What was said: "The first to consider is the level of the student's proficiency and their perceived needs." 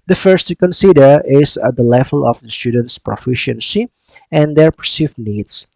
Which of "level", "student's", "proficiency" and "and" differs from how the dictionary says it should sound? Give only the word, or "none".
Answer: none